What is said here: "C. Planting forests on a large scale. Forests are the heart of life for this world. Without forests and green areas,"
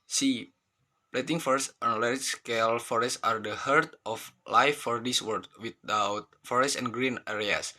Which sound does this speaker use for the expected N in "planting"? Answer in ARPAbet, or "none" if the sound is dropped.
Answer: none